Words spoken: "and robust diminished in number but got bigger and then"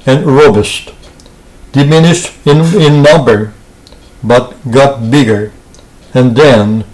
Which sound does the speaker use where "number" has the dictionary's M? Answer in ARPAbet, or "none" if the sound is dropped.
M